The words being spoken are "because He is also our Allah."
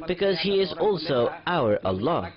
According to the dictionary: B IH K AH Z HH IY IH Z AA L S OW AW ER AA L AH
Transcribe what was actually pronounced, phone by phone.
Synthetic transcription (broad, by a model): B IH K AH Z HH IY IH Z AA L S OW AW ER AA L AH